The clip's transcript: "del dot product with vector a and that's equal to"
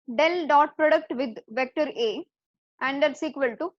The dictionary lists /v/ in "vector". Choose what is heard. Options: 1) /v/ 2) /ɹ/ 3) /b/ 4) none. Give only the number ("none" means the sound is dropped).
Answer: 1